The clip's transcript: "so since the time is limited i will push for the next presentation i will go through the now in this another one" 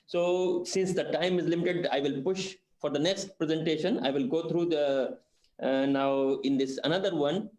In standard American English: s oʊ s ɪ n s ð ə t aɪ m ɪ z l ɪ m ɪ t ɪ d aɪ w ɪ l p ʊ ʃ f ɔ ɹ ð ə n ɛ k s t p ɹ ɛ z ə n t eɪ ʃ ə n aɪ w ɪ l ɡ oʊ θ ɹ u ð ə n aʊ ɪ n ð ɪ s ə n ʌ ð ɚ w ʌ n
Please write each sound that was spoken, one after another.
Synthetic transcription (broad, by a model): s oʊ s ɪ n s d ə t aɪ m ɪ z l ɪ m ɪ t ɪ d aɪ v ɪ l p ʊ ʃ f ɔ ɹ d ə n ɛ k s t p ɹ ɛ z ə n t eɪ ʃ ə n aɪ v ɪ l ɡ oʊ t ɹ u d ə n aʊ ɪ n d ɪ s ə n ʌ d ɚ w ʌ n